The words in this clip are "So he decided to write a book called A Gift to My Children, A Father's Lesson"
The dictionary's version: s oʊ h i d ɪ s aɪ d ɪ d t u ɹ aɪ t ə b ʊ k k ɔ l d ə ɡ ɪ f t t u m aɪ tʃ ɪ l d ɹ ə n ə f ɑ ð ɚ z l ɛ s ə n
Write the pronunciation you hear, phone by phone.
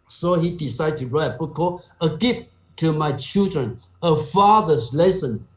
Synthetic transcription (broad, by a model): s oʊ h i d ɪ s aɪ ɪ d t u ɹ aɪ ə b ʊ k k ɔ ə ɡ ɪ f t t u m aɪ tʃ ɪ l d ɹ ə n ə f ɑ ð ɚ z l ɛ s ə n